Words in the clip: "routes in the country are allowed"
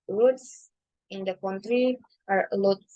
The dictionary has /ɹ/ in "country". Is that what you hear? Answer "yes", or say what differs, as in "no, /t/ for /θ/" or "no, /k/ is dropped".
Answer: yes